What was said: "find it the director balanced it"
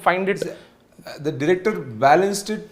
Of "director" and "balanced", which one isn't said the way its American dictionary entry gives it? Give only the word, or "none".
none